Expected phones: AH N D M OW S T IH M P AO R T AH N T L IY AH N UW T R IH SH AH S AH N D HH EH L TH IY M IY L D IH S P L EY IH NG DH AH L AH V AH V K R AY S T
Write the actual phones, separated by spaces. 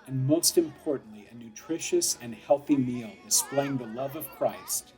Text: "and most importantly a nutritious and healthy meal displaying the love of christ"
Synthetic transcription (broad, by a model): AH N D M OW S T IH M P AO R T N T L IY AH N UW T R IH SH AH S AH N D HH EH L TH IY M IY L D IH S P L EY IH NG DH AH L AH V AH V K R AY S T